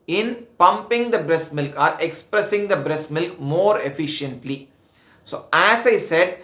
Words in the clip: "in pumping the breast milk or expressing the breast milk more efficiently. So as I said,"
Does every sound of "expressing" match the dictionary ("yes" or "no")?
yes